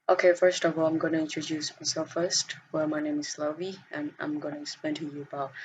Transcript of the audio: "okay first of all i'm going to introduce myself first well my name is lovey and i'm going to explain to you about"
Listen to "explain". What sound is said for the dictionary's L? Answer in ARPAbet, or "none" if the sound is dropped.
none